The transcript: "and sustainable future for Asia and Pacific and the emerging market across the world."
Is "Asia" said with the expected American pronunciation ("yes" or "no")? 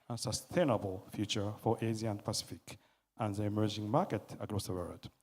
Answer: no